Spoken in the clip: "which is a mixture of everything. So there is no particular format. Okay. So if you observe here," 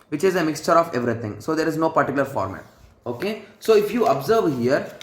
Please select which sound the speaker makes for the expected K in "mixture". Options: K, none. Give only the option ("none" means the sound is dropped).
K